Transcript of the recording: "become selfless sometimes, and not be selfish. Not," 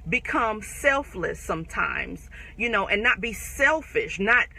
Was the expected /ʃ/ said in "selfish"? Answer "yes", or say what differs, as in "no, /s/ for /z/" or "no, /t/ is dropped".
yes